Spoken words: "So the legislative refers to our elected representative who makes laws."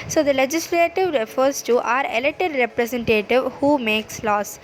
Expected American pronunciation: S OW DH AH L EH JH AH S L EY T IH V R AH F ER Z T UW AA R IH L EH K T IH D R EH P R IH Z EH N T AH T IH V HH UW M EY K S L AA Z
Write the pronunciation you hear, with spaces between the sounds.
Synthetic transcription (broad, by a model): S OW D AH L EH JH AH S L EY T IH V R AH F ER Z T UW AA R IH L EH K T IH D R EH P R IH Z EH N T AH T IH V HH UW M EY K S L AA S